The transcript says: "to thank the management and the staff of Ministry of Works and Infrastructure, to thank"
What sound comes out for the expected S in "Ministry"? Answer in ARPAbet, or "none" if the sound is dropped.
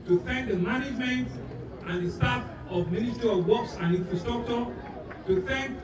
none